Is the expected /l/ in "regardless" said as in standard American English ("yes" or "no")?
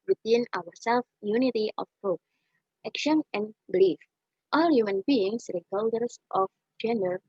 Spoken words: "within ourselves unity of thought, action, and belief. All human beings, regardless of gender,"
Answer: no